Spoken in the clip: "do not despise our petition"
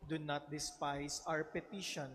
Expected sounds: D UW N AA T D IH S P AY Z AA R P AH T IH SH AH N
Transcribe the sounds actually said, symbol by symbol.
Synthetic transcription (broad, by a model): D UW N AA T D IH S P AY S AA W P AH T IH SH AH N